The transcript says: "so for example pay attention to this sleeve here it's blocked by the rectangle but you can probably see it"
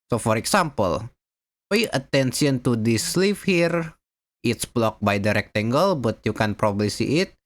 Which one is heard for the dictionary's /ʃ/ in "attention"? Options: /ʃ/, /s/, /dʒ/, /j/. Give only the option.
/s/